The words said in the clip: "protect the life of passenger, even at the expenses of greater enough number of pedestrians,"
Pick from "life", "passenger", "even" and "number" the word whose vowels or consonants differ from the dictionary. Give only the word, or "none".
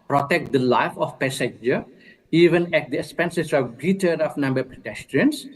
passenger